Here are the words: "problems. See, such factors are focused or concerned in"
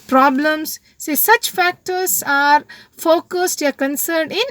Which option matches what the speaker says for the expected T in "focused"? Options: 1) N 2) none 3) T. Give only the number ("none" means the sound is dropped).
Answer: 3